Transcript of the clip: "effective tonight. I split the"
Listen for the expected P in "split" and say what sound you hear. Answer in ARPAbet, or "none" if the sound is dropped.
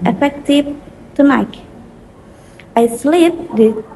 none